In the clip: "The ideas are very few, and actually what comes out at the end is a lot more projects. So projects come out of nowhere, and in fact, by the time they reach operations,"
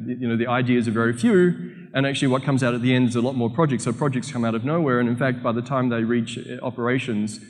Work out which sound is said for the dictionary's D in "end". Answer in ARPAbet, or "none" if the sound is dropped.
D